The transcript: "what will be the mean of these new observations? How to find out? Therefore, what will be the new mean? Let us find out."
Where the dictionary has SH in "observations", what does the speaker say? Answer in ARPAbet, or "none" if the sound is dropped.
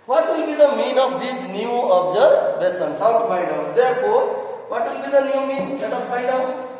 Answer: S